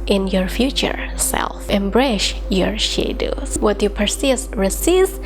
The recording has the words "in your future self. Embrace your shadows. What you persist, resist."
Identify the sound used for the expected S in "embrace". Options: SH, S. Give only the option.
SH